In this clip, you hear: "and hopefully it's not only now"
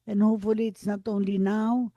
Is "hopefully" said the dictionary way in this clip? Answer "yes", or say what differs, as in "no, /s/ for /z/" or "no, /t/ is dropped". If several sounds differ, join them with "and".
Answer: no, /p/ is dropped